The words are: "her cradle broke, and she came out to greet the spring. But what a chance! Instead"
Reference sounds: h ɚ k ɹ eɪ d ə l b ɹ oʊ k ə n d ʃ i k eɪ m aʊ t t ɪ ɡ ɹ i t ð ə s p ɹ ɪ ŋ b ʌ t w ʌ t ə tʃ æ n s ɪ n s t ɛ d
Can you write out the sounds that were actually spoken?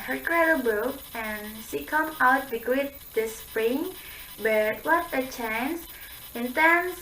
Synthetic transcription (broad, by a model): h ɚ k ɹ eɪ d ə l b oʊ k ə n ʃ i k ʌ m aʊ t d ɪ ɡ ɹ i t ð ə s p ɹ ɪ ŋ b ʌ t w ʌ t ə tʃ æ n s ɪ n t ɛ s